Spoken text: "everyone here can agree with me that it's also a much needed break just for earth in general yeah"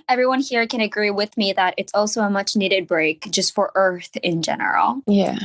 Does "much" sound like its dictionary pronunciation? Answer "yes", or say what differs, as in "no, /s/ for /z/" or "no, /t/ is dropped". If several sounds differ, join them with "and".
yes